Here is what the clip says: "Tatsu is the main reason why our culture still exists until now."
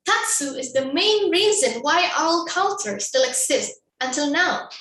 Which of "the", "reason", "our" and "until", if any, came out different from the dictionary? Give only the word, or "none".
our